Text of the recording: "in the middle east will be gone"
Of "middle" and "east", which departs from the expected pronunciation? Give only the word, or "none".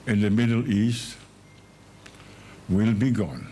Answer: none